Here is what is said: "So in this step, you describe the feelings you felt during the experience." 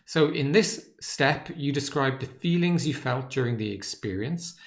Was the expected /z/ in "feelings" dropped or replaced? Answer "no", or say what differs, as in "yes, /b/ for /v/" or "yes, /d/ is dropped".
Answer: no